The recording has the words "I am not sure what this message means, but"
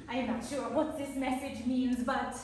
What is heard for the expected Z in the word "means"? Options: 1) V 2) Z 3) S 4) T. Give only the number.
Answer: 2